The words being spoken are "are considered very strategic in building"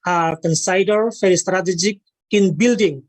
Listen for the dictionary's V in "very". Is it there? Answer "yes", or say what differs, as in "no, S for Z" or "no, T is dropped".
no, F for V